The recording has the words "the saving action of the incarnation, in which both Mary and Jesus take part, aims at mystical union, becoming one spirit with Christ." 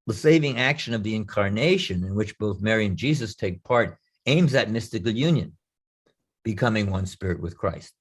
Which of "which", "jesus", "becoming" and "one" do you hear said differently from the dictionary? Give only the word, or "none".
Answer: none